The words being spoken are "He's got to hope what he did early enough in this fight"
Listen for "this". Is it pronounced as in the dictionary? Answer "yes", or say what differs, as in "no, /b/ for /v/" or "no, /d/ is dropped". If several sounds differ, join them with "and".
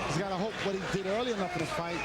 no, /s/ is dropped